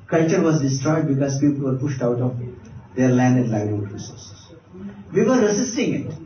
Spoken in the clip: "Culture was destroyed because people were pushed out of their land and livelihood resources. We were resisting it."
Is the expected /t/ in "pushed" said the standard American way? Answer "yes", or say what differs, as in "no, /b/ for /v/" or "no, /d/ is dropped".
yes